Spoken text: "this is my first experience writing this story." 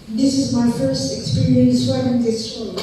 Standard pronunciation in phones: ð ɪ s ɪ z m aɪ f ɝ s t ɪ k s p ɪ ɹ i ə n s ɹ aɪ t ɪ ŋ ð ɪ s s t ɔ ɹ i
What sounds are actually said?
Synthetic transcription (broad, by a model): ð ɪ s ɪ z m aɪ f ɝ s t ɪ k s p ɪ ɹ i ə n s w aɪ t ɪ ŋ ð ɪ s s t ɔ